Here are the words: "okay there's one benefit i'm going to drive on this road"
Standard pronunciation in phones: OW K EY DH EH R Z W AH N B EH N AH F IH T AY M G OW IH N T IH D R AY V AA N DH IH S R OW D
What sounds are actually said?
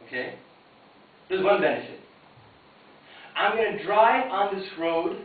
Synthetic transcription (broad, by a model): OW K EY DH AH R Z W AH N B EH N AH F IH T AY M G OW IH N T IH D R AY AA N DH IH S R OW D